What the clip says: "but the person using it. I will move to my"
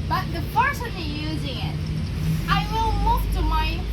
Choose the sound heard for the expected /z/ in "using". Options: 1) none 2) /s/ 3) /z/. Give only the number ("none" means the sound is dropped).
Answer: 3